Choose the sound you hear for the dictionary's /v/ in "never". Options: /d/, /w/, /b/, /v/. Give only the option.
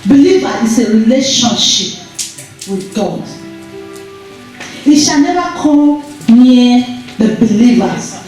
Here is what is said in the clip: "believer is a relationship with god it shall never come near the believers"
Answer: /b/